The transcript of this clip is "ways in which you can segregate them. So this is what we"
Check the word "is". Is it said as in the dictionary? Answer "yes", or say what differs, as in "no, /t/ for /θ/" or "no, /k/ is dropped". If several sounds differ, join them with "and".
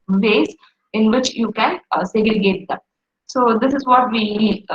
yes